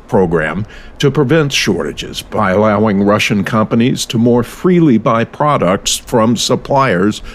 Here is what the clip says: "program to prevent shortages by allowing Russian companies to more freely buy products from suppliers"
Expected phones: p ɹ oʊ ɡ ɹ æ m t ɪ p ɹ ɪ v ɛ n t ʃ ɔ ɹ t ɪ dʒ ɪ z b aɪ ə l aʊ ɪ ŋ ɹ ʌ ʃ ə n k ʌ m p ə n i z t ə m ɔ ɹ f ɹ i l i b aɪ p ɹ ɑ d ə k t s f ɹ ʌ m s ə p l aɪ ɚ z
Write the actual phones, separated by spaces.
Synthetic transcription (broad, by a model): p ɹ oʊ ɡ ɹ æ m t ɪ p ɹ ɪ v ɛ n t ʃ ɔ ɹ t ɪ dʒ ɪ z b aɪ ə l aʊ ɪ ŋ ɹ ʌ ʃ ə n k ʌ m p ə n i z t ə m ɔ ɹ f ɹ i l i b aɪ p ɹ ɑ d ə k t s f ɹ ʌ m s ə p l aɪ ɚ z